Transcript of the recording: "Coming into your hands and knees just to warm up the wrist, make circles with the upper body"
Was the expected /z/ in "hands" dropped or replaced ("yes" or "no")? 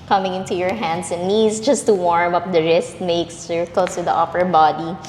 yes